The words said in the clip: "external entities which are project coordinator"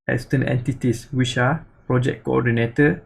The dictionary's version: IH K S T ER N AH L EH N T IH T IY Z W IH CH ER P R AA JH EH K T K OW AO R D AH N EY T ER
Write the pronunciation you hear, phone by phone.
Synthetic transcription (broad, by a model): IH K S T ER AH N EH N T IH T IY S W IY SH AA P R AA JH EH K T K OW AO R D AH N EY T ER